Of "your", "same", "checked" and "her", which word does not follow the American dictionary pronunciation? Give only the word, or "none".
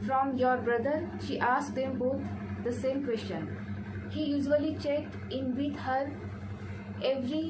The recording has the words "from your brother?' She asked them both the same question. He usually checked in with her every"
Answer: none